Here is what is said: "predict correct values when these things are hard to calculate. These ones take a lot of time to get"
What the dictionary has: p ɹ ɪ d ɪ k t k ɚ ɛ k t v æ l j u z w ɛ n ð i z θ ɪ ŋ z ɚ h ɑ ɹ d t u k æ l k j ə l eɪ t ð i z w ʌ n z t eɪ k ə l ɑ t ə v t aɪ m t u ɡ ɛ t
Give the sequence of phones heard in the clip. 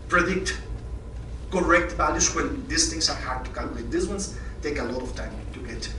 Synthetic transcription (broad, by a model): p ɹ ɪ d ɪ k t k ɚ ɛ k t b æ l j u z w ɛ n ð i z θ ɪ ŋ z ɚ h ɑ ɹ d t u k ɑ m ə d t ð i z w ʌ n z t eɪ k ə l ɑ t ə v t aɪ m t u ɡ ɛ t